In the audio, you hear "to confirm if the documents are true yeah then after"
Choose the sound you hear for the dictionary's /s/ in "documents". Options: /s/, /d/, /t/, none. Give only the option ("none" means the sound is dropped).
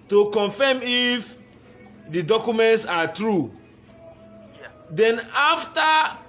/s/